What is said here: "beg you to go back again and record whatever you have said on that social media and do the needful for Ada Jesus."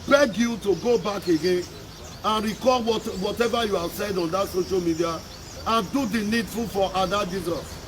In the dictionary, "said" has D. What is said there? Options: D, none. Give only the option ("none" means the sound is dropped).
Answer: D